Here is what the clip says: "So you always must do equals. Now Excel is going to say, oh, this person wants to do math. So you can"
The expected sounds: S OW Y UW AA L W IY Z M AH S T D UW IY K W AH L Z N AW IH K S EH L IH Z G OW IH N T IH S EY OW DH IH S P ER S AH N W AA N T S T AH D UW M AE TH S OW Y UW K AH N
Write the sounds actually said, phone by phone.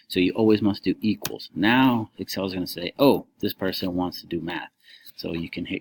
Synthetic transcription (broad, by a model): S OW Y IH AA L W IY Z M AH S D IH IY K W AH L Z N AW IH K S EH L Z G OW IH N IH S EY OW DH IH S P ER S AH N W AA N T S T AH D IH M AE TH S OW Y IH K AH N